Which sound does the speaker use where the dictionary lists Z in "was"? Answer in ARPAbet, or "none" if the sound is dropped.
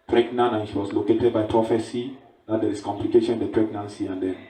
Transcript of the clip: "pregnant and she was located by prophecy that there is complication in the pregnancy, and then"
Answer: S